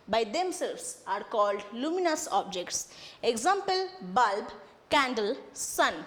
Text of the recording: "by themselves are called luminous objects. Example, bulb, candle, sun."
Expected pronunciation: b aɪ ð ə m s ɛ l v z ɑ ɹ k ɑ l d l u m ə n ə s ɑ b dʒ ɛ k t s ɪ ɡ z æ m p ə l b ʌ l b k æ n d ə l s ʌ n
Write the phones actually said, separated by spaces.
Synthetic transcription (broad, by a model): b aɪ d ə m s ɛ l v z ɑ ɹ k ɑ l d l u m ə n ə s ɑ b dʒ ɛ k t s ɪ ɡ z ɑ m p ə l b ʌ l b k æ n d ə l s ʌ n